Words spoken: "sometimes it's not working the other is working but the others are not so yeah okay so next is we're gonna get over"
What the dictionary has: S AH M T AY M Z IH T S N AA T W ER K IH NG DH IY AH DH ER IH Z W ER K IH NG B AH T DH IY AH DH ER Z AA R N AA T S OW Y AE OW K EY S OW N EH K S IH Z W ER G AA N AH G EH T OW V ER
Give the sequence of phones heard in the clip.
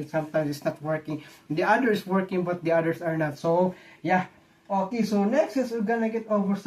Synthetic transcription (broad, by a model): S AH M T AY M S IH T S N AA T W ER K IH NG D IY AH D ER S W ER K IH NG B AH T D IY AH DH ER S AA R N AA T S OW Y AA OW K EY S OW N EH K S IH S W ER G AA N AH G EH T OW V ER